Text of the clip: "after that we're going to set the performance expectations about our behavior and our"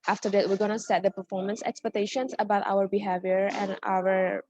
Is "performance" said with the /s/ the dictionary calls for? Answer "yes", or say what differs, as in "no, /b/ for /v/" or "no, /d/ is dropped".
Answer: yes